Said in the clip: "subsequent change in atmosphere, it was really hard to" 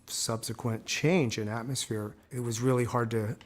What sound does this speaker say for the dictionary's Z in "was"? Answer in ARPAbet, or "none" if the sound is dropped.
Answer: Z